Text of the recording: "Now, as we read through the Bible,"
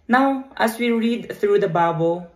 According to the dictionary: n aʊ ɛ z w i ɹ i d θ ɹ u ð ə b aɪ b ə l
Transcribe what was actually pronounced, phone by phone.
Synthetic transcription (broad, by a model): n aʊ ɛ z w i ɹ i d t ɹ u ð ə b aɪ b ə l